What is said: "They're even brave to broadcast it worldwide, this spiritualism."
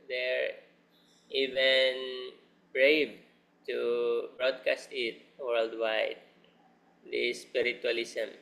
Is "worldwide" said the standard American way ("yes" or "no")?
yes